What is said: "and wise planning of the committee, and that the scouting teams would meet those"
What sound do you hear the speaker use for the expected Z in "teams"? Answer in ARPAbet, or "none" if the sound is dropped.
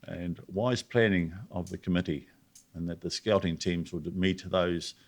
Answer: Z